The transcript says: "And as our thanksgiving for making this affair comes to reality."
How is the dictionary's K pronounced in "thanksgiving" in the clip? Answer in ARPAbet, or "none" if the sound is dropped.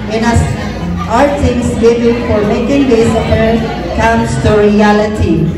none